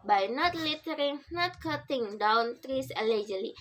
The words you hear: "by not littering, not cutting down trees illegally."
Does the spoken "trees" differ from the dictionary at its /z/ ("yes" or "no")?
yes